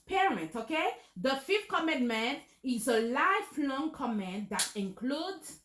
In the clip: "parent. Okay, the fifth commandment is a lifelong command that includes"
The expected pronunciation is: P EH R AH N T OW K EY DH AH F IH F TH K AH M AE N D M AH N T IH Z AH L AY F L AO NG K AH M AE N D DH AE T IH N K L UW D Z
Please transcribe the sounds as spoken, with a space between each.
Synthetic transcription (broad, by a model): P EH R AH N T OW K EY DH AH F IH F T K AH M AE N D M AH N T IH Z AH L AY F L AO NG K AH M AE N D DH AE T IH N K L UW D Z